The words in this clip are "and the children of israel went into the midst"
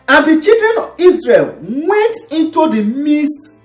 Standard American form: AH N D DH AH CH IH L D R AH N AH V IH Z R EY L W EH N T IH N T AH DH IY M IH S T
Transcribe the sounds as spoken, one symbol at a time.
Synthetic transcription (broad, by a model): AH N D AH CH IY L D R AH N AH V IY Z R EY L W EH N T IH N T AH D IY M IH S T